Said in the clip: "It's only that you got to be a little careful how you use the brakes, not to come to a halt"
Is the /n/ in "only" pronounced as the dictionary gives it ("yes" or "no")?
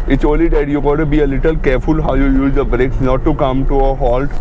no